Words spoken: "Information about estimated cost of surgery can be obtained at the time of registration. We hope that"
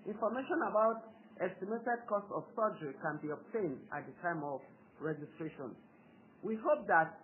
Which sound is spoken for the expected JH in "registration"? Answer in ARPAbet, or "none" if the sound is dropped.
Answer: JH